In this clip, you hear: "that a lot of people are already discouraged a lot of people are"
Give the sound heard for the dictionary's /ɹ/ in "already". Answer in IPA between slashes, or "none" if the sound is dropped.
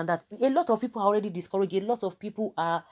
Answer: /ɹ/